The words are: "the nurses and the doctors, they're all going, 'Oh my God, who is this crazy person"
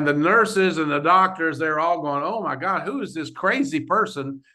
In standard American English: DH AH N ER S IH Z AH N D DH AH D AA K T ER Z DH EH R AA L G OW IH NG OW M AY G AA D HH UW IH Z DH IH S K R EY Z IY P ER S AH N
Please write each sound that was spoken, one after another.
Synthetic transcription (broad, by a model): DH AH N ER S IH Z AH N DH AH D AA K T ER Z DH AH R AA L G OW IH NG OW M AY G AA D HH UW IH Z DH IH S K R EY Z IY P ER S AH N